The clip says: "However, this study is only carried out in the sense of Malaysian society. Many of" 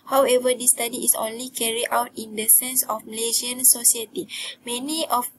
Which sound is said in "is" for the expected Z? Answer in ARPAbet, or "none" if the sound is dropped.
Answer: S